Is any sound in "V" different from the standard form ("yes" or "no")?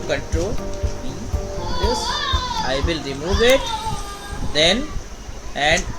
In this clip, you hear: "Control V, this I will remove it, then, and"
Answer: yes